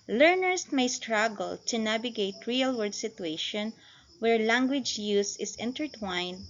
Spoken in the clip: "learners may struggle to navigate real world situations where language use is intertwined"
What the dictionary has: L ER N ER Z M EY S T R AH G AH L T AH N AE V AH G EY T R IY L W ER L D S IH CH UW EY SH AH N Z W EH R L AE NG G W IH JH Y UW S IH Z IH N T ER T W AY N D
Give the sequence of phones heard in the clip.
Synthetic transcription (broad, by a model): L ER N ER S M EY S T R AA G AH L T AH N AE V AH G EY T R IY L W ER D S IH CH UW EY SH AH N W EH R L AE NG G W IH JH Y UW S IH S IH N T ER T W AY N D